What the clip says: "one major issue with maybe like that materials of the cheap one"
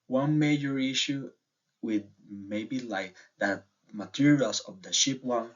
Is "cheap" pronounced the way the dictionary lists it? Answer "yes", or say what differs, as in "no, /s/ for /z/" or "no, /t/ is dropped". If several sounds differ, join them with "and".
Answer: no, /ʃ/ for /tʃ/